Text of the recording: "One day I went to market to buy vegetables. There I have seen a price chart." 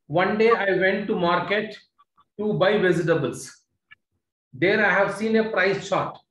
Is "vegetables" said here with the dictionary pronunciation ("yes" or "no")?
no